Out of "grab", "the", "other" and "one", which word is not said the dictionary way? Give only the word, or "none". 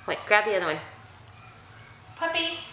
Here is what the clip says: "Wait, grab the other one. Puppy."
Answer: none